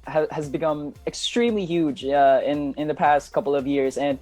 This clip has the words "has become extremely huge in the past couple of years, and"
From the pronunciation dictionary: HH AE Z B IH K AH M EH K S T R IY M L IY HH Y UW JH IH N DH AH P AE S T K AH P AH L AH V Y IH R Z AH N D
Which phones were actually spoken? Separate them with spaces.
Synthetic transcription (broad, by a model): HH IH Z B IH K AH M EH K S T R IY M L IY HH Y UW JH IH N DH AH P AE S T K AH P L AH V Y IH R Z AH N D